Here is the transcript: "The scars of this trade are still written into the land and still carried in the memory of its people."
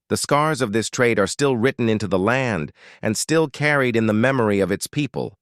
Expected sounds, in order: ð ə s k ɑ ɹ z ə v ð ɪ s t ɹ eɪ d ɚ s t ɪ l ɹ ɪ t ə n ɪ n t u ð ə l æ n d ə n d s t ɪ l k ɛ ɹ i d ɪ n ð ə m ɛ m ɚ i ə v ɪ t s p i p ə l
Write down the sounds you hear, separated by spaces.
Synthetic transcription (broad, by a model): ð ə s k ɑ ɹ z ə v ð ɪ s t ɹ eɪ d ɚ s t ɪ l ɹ ɪ t n ɪ n t u ð ə l æ n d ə n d s t ɪ l k ɛ ɹ i d ɪ n ð ə m ɛ m ɚ i ə v ɪ t s p i p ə l